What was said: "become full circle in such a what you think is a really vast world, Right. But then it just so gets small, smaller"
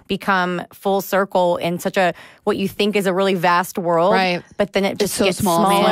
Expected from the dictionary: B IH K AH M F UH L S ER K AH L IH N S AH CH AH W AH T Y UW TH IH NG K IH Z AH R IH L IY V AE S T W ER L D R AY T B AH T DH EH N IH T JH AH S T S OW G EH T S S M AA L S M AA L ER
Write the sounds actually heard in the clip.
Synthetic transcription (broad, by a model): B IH K AH M F UH L S ER K L IH N S AH CH AH W AH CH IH TH IH NG K IH Z AH R IH L IY V AE S T W ER L D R AY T B AH T DH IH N IH T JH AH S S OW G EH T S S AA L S M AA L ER